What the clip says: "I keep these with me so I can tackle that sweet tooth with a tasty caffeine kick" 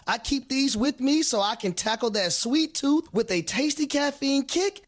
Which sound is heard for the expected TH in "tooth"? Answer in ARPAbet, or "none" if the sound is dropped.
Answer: TH